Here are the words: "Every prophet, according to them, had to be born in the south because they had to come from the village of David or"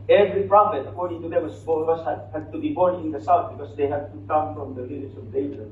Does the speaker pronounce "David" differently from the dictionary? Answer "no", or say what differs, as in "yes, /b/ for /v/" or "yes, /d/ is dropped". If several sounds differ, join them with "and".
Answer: yes, /v/ is dropped